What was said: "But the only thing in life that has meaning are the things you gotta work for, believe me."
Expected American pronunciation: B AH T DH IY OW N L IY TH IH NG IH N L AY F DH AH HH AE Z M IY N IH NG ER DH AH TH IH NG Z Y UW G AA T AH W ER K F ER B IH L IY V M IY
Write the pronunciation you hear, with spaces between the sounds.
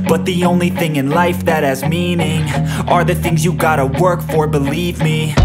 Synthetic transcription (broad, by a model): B AH T DH IY OW N L IY TH IH NG IH N L AY F DH AH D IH Z M IY N IH NG ER DH AH TH IH NG Z Y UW G AA T AH W ER K F ER B IH L IY V M IY